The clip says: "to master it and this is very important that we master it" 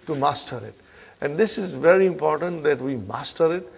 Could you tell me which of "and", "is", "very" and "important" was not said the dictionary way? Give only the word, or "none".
none